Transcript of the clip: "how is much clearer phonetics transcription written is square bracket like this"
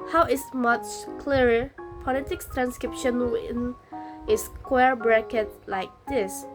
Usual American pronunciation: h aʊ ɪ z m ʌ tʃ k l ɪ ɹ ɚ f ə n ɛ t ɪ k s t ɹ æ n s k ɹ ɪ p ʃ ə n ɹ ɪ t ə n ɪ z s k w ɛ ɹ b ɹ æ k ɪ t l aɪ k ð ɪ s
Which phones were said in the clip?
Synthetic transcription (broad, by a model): h aʊ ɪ s m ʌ tʃ k l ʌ ɹ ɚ p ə l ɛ t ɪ k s t ɹ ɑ n s k ɹ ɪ p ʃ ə n w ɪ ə n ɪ s k w ɛ ɹ b ɹ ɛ k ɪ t l aɪ k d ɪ s